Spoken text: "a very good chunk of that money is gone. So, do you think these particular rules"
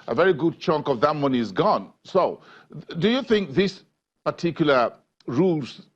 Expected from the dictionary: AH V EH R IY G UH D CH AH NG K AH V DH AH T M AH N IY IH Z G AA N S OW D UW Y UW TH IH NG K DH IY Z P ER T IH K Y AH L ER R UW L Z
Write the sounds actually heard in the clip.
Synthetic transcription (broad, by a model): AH V EH R IY G UH D CH AH NG K AH V DH AH T M AH N IY IH Z G AA N S OW D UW Y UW TH IH NG K DH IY S P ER T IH K Y L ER R UW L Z